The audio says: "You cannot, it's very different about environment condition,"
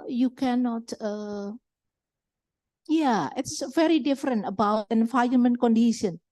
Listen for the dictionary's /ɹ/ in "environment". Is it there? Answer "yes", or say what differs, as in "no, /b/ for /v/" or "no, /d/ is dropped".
no, /ɹ/ is dropped